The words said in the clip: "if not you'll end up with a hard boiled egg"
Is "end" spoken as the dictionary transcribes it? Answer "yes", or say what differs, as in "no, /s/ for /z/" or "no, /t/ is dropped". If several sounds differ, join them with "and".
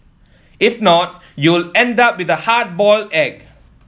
yes